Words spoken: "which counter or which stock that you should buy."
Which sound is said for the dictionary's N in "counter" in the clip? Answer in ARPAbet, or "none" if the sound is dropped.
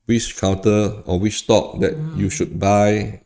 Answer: none